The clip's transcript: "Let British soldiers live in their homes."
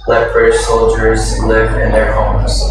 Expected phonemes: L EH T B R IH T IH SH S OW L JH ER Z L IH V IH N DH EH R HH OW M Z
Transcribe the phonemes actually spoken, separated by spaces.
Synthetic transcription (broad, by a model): L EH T B R IH T IH SH S OW L JH ER Z L IH V IH N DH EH R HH OW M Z